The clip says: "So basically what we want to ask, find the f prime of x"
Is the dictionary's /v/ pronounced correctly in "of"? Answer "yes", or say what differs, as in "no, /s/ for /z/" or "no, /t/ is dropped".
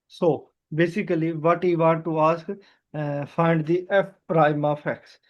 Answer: no, /p/ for /v/